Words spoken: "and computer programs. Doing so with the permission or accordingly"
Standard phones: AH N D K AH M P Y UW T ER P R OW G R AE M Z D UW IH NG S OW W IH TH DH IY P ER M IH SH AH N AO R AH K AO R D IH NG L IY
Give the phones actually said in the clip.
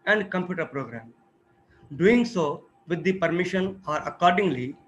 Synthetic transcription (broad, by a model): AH N D K AH M P Y UW T ER P R OW G R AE M D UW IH NG S OW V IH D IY P ER M IH SH AH N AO R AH K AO R D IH NG L IY